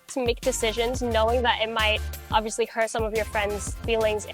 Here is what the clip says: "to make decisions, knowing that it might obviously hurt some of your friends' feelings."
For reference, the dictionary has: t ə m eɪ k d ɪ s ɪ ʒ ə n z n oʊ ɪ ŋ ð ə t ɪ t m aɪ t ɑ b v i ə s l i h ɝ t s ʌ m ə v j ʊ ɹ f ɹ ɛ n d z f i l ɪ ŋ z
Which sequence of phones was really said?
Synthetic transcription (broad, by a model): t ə m eɪ k d ɪ s ɪ ʒ ə n z n oʊ ɪ ŋ ð ə t ɪ t m aɪ t ɑ b v i ə s l i h ɝ t s ʌ m ə v j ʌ ɹ f ɹ ɛ n d z f i l ɪ ŋ z